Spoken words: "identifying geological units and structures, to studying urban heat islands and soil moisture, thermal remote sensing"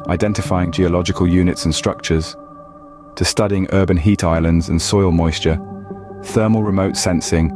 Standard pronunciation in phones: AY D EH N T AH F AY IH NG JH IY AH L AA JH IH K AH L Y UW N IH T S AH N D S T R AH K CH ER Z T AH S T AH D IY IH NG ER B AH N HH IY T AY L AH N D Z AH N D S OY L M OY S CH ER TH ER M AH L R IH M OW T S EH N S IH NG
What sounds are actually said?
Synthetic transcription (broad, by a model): AY D EH N T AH F AY IH NG JH IY AH L AA JH IH K AH L Y UW N IH T S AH N S T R AH K CH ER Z T AH S T AH D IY IH NG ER B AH N HH IY T AY L AH N D Z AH N S OY L M OY S CH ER TH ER M AH L R IH M OW T S EH N S IH NG